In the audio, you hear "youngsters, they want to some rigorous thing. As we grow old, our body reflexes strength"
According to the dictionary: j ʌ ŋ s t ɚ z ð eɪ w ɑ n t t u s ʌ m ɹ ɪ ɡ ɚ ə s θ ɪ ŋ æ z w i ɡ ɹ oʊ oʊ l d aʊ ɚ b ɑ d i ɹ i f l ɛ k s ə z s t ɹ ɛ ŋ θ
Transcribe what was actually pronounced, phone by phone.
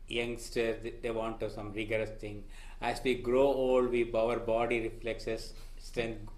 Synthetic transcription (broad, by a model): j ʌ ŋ s t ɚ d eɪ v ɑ n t t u s ʌ m ɹ ɪ ɡ ɚ ə s t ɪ ŋ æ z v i ɡ ɹ oʊ oʊ l d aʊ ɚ b ɑ d i ɹ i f l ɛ k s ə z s t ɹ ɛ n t